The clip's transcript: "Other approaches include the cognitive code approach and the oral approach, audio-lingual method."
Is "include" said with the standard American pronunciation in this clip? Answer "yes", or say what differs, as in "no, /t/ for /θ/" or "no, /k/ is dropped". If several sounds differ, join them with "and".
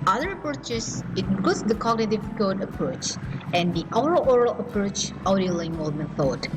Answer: no, /l/ is dropped